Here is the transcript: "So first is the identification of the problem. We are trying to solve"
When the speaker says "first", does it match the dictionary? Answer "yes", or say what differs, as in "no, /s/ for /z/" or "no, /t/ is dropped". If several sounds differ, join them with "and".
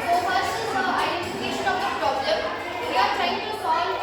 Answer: no, /t/ is dropped